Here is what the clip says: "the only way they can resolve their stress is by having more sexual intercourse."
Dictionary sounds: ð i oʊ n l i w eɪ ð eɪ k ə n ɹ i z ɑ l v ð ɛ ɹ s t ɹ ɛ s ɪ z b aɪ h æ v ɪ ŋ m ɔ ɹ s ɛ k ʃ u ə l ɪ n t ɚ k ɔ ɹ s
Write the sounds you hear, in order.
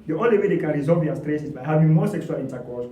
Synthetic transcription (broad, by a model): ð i oʊ n l i w eɪ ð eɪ k ə n ɹ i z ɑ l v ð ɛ s t ɹ ɛ s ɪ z b aɪ h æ v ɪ ŋ m ɔ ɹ s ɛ k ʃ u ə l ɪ n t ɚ k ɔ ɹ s